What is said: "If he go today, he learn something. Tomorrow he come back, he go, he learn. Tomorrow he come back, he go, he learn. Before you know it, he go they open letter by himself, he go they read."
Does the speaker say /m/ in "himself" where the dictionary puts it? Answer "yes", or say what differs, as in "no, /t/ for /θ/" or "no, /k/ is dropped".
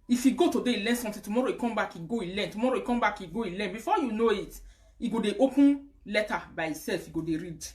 no, /m/ is dropped